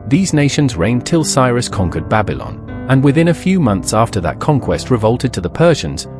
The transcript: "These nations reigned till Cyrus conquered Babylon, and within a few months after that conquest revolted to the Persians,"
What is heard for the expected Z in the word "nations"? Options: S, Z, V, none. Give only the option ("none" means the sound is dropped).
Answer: Z